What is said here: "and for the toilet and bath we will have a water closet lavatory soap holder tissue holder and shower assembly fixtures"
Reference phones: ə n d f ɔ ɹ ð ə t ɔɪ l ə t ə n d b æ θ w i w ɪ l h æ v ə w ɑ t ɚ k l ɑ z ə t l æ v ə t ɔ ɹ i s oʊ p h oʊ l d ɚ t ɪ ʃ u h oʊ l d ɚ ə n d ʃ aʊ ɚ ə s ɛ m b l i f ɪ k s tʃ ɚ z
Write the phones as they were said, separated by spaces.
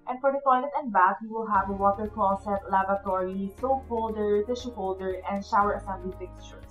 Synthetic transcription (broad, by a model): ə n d f ɔ ɹ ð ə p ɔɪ n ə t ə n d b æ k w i w ɪ l h æ v ə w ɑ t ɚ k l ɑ s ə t l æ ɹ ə t ɔ ɹ i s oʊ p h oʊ l d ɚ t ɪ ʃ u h oʊ l d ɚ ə n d ʃ aʊ ɚ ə s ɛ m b l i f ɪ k s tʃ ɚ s